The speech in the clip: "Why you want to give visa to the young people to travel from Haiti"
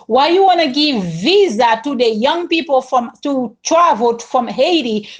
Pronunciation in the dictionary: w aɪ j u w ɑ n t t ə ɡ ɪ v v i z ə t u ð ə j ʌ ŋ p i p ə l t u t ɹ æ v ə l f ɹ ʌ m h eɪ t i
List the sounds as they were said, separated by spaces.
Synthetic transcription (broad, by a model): w aɪ j u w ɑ n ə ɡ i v v i z ə t u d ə j ʌ ŋ p i p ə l t u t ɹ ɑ v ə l f ɹ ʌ m h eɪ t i